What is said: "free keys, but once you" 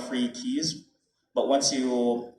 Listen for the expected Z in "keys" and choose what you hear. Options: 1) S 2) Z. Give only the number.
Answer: 2